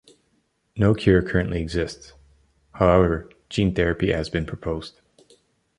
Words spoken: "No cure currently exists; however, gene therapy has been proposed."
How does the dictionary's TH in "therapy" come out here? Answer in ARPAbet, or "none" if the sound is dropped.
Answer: TH